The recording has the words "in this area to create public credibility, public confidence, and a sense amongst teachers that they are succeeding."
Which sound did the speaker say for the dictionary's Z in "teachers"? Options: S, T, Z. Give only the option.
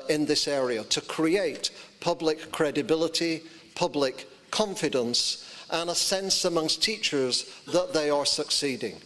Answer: Z